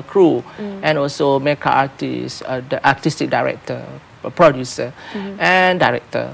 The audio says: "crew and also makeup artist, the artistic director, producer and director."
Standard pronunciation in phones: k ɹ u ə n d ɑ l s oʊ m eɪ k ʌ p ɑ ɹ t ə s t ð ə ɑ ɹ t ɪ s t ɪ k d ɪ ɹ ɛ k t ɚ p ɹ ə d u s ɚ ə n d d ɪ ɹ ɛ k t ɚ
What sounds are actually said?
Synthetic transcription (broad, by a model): k ɹ u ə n ɑ l s oʊ m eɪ k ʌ ɑ t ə s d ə ɑ t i s t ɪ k d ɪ ɹ ɛ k t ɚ p ɹ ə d u s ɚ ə n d d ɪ ɹ ɛ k t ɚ